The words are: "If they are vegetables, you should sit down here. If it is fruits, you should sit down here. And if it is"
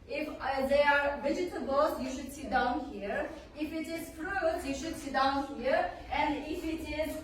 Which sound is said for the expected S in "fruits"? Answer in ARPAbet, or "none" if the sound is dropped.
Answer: none